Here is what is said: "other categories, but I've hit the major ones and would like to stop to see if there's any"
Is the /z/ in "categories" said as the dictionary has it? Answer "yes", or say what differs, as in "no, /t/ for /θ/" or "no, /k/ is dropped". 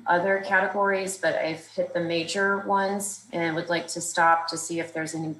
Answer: yes